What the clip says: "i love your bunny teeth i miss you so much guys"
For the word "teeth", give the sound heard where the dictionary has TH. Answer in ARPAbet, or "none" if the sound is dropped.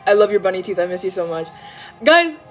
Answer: TH